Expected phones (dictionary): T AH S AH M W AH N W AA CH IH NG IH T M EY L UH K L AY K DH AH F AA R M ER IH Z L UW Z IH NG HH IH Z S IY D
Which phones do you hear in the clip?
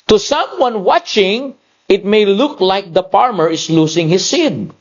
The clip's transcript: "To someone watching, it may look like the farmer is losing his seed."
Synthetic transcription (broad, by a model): T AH S AH M W AH N W AA CH IH NG IH T M EY L UH K L AY K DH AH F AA R M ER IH S L UW S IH NG HH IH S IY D